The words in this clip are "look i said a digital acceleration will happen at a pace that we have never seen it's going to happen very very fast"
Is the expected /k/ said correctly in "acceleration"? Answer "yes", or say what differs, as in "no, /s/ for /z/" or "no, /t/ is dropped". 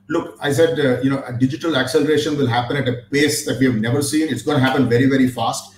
yes